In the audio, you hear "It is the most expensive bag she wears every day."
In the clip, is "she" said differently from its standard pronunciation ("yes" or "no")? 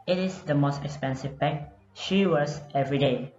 no